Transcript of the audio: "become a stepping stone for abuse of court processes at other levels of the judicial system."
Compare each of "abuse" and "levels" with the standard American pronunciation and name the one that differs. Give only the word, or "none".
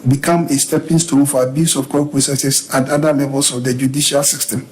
levels